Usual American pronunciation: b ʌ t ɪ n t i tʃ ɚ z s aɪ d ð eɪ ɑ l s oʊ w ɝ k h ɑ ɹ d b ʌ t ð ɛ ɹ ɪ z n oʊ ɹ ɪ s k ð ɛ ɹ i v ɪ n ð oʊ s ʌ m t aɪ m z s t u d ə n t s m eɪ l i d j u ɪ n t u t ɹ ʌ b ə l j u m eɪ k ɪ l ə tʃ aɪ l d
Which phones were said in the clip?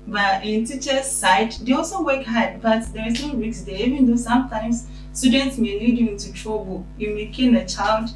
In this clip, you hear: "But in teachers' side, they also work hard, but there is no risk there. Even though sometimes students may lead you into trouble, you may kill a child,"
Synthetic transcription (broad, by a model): b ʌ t ɪ n t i tʃ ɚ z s aɪ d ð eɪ ɑ l s oʊ w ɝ k h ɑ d b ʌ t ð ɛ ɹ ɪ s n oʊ w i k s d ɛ i v ɪ n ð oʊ s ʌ m t aɪ m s s t u d ə n t s m eɪ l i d j u ɪ n t u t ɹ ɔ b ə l j u m eɪ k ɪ n ə tʃ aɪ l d